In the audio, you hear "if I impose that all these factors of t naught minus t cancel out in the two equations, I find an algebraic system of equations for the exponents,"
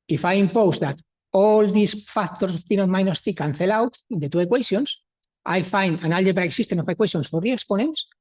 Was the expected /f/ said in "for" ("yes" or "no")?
yes